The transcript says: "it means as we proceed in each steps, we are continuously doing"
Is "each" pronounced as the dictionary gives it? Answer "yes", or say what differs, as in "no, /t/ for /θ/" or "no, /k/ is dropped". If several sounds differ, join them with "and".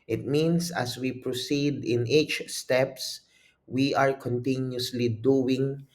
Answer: yes